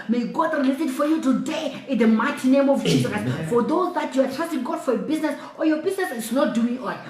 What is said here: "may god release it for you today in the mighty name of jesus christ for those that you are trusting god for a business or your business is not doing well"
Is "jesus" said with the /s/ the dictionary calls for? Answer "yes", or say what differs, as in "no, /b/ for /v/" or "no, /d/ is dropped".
no, /s/ is dropped